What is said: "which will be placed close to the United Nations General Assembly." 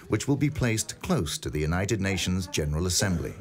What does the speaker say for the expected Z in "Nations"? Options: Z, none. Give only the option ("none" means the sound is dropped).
Z